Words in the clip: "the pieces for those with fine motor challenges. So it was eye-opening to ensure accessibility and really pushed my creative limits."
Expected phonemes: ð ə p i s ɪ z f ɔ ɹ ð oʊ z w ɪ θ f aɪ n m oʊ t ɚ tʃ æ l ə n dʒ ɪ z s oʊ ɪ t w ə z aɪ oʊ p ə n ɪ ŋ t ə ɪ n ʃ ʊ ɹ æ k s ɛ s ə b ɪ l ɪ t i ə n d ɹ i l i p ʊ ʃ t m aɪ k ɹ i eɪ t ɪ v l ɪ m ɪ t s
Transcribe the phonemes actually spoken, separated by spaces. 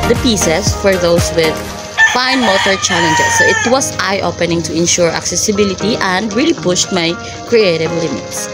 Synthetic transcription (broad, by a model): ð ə p i s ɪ s f ɔ ɹ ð oʊ s w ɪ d f aɪ n m oʊ t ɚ tʃ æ l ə n dʒ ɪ s oʊ ɪ t w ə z aɪ oʊ p ə n ɪ ŋ t ə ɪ n ʃ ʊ ɹ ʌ k s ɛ s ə b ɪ l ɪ t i ə n d ɹ i l i p ʊ ʃ t m aɪ k ɹ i eɪ t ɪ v l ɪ m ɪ t s